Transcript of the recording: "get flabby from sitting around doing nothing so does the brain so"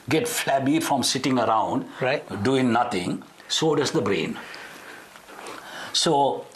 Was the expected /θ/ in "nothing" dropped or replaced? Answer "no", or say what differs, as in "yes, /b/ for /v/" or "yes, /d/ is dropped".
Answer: yes, /t/ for /θ/